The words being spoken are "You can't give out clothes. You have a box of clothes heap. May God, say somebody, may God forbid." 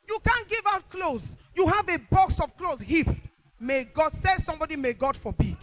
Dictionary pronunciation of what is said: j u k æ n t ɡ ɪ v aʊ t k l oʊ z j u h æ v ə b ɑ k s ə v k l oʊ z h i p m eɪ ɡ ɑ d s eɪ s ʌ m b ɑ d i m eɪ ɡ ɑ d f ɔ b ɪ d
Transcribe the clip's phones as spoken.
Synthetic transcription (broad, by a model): j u k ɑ n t ɡ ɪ v aʊ t k l oʊ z j u h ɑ v ə b ɑ k s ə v k l oʊ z h i p m eɪ ɡ ɑ d s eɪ s ʌ m b ɑ d i m eɪ ɡ ɑ d f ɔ b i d